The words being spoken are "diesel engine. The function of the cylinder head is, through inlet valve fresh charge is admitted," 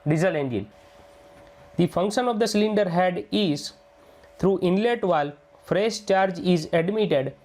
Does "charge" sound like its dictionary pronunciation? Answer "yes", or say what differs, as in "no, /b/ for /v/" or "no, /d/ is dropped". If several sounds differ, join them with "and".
yes